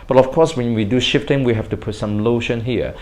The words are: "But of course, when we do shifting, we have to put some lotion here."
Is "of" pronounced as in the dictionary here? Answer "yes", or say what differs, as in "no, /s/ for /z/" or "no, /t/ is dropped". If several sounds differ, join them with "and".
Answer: no, /f/ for /v/